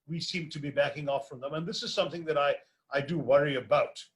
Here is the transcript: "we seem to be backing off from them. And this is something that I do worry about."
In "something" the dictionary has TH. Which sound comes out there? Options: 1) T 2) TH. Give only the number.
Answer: 2